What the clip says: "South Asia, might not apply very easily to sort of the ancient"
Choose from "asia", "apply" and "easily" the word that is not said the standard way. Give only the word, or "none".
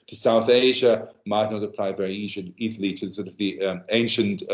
none